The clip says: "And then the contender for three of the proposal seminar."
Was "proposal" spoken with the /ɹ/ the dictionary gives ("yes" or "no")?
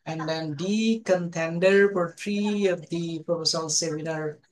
no